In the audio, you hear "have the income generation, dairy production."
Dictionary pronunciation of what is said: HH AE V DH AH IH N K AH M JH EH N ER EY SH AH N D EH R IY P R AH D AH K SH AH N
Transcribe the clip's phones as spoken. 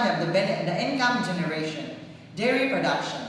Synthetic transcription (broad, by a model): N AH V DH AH IH N K AH M JH EH N ER EY SH AH N D EH R IY P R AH D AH K SH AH N